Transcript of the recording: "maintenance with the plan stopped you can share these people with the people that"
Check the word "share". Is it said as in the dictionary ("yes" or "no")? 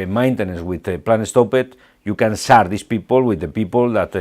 no